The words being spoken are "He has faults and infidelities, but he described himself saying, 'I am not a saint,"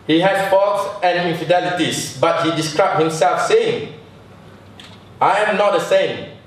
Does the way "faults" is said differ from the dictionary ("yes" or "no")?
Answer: yes